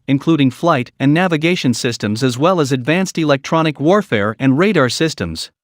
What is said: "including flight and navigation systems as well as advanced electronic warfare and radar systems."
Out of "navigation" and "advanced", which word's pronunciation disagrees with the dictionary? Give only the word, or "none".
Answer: none